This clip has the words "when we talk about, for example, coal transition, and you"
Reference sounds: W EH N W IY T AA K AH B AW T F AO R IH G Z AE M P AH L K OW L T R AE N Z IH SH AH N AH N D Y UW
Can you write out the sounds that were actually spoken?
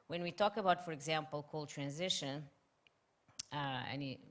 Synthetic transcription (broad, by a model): W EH N W IY T AA K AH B AW T F AO R IH G Z AE M P AH L K OW L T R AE N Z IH SH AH N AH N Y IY